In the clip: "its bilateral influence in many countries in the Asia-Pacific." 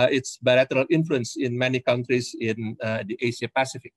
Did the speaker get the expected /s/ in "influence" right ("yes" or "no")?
yes